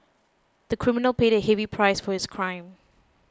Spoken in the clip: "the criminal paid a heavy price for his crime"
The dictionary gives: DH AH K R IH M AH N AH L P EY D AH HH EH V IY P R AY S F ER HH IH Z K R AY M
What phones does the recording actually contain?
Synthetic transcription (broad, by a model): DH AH K R IH M AH N AH L P EY D AH HH EH V IY P R AY S F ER HH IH S K R AY M